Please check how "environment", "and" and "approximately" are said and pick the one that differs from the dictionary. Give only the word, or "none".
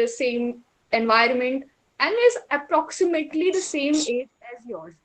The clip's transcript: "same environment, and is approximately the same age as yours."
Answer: none